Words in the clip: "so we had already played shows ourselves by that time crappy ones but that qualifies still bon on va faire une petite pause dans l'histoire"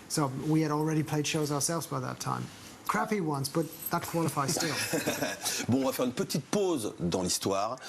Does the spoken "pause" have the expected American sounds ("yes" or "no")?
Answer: yes